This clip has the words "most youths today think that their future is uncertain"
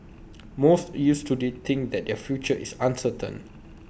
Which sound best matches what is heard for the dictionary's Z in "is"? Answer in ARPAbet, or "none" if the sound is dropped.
S